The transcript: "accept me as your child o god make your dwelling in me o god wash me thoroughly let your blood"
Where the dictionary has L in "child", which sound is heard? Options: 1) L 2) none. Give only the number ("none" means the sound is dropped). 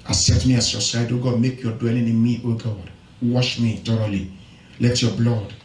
2